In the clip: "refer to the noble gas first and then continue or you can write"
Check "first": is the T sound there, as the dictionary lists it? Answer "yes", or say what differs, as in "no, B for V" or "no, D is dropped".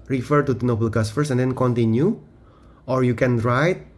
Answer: no, T is dropped